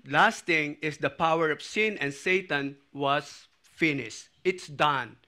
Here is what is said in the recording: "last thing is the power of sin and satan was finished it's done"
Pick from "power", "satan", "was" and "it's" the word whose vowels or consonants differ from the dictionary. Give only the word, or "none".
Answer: was